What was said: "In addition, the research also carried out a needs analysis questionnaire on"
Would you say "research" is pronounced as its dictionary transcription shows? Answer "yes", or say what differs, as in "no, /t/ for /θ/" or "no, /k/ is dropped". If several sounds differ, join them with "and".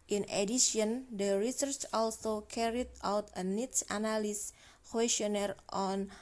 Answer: yes